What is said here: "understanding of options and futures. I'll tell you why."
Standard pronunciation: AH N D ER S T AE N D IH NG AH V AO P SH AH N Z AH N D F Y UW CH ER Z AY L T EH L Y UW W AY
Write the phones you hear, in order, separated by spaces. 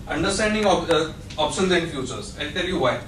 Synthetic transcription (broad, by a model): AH N D ER S T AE N D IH NG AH P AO P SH AH N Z AH N D F Y UW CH ER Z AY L T EH L Y UW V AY